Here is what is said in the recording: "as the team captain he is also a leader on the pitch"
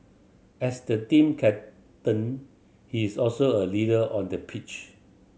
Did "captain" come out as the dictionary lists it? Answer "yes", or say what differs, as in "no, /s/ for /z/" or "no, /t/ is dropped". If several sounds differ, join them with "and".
no, /p/ is dropped